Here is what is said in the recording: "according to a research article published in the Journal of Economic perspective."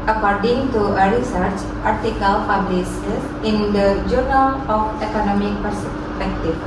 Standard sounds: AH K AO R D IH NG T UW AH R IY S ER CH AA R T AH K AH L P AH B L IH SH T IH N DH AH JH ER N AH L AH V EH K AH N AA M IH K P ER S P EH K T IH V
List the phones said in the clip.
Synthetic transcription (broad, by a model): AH K AO R D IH NG T UW AH R IY S ER CH AA R T AH K AH L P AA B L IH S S IH N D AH JH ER N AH L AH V EH K AH N AA M IH K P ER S P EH K T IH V